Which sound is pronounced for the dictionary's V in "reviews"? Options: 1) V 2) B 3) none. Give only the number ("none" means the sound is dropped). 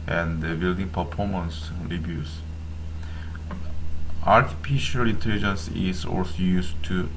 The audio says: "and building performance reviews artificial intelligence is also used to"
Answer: 2